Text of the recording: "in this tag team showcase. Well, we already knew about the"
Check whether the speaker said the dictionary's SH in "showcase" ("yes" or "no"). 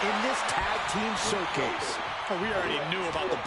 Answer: no